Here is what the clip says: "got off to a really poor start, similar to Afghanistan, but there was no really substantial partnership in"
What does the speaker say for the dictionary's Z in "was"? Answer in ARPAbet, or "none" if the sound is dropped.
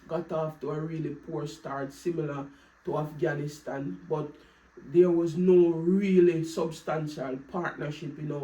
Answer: Z